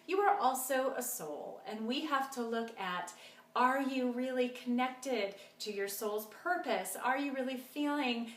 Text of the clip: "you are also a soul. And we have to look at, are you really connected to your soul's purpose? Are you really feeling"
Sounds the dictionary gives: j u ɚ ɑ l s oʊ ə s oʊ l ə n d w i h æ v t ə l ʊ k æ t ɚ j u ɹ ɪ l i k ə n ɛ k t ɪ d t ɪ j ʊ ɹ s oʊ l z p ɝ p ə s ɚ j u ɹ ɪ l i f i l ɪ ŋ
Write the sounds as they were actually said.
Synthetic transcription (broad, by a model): j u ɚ ɑ l s oʊ ə s oʊ l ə n w i h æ f t ə l ʊ k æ t ɚ j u ɹ ɪ l i k ə n ɛ k t ɪ d t ɪ j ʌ ɹ s oʊ l z p ɝ p ə s ɚ j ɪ ɹ ɪ l i f i l ɪ ŋ